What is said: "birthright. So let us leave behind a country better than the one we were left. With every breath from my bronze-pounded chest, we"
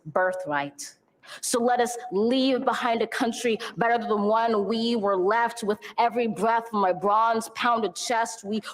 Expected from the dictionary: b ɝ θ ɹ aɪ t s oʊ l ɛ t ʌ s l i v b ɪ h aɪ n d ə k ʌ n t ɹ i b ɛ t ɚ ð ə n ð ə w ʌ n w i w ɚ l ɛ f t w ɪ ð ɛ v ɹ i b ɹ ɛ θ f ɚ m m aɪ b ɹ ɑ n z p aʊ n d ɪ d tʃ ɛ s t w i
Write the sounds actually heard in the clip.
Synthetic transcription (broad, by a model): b ɝ θ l aɪ t s oʊ l ɛ t ʌ s l i v b ɪ h aɪ n d ə k ʌ n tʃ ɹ i b ɛ t ɚ ð ə n w ʌ n w i w ɚ l ɛ f t w ɪ ð ɛ v ɹ i b ɹ ɛ θ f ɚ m m aɪ b ɹ ɑ n z p aʊ n d ɪ d tʃ ɛ s t w i